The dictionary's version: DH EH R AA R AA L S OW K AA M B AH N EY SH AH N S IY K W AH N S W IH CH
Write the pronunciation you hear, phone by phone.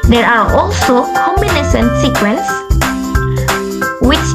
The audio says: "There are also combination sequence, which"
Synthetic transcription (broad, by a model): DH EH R AA R AA L S OW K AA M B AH N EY S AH N S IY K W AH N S W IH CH